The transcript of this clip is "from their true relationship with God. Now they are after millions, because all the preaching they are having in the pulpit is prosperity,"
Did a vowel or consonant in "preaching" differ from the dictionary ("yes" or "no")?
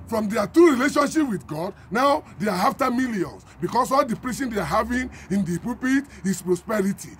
yes